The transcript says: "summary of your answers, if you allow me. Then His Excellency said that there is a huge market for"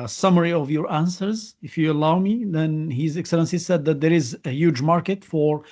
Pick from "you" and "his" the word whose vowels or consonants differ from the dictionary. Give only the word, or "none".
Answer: none